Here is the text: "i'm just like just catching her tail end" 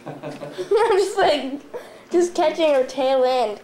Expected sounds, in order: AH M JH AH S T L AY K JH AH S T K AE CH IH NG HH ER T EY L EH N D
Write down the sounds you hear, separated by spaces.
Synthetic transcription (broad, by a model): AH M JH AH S L AY K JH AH S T K AE CH IH NG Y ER T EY W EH N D